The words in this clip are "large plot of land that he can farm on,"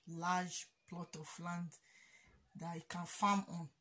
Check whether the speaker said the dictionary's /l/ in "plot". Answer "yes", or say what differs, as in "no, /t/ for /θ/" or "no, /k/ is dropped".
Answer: yes